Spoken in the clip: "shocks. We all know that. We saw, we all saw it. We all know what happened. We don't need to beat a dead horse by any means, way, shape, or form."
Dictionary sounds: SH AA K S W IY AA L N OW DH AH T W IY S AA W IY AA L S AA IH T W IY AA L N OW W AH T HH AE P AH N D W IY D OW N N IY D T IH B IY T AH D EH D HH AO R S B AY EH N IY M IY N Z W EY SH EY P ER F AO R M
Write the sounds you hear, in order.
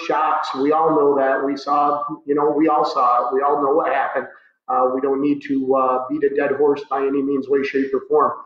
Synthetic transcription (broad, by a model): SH AA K S W IY AA L N OW DH AH T W IY S AA W IY AA L S AA IH T W IY AA L N OW W AH T HH AE P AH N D W IY D OW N N IY D T IH B IY T AH D EH D HH AO R S B AY EH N IY M IY N Z W EY SH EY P ER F AO R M